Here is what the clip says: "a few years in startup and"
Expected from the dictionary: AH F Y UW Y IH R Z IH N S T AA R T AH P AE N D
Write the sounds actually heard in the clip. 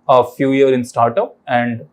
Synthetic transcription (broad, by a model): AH F Y UW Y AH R IH N S T AA R T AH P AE N D